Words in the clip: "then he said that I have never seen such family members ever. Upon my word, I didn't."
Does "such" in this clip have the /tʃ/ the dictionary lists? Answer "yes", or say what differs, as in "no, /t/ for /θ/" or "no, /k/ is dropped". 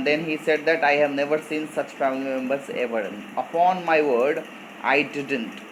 yes